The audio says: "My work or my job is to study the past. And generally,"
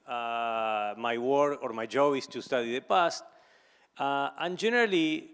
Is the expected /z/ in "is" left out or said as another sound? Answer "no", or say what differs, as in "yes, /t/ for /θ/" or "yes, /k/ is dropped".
yes, /s/ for /z/